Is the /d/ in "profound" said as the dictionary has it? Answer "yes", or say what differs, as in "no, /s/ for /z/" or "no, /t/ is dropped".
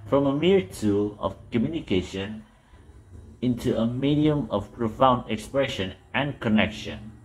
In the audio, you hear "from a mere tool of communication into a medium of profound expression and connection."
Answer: yes